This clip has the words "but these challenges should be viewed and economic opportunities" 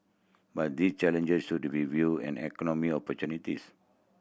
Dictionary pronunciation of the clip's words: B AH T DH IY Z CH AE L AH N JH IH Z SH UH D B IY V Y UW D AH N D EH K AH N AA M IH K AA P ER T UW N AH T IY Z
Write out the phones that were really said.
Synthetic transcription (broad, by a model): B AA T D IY S CH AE L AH N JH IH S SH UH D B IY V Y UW AH N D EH K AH N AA M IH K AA P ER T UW N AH T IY S